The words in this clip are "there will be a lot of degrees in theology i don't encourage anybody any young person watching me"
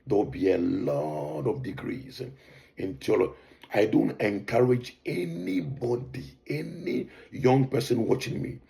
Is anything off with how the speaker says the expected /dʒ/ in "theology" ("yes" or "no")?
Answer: yes